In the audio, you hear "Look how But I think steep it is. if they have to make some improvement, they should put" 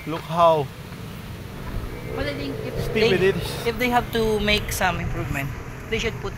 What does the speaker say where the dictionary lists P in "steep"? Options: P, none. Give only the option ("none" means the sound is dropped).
none